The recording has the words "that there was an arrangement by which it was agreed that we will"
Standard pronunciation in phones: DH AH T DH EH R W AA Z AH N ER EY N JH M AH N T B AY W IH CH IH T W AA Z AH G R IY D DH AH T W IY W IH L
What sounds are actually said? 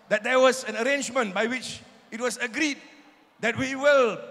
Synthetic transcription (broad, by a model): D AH T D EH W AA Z AH N ER EY N JH M AH N T B AY W IH CH IH T W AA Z AH G R IY D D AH T W IY W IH L